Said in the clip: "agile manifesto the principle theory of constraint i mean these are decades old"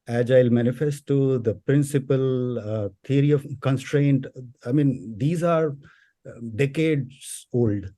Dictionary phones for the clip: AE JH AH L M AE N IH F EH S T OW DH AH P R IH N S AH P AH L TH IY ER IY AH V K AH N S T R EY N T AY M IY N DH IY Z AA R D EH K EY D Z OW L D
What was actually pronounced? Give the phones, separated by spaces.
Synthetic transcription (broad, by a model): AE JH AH L M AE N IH F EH S T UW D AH P R IH N S AH P AH L T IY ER IY AH V K AH N S T R EY N T AY M IY N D IY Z AA R D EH K EY D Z OW L D